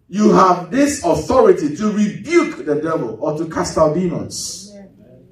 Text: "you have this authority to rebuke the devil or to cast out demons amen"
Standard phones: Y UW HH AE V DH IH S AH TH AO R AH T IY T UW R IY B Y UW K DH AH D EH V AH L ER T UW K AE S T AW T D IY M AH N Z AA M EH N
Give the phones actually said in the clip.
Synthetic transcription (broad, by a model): Y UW HH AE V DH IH S AH TH AO R AH T IY T UW R IY B Y UW K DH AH D EH V AH L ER T UW K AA S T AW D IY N AA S